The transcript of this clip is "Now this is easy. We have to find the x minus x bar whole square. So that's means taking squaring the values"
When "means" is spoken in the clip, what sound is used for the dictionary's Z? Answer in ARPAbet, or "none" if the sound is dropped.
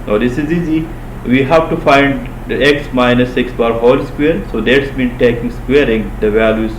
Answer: none